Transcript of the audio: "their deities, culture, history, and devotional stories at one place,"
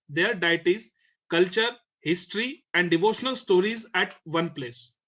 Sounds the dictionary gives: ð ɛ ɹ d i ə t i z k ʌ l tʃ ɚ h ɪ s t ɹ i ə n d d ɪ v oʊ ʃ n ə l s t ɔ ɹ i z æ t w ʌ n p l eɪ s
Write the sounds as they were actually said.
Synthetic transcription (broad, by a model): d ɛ ɹ d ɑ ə t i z k ʌ l tʃ ɚ h ɪ s t ɹ i ə n d d ɪ v oʊ ʃ n ə l s t ɔ ɹ i z æ t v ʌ n p l eɪ s